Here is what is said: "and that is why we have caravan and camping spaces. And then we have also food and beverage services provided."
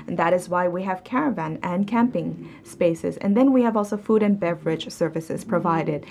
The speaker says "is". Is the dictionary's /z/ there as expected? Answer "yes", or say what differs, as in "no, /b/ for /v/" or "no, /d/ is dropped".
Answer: yes